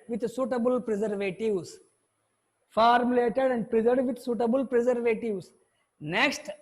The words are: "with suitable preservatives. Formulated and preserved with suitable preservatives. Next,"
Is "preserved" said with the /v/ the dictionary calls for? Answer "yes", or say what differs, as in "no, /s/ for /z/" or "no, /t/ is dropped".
no, /v/ is dropped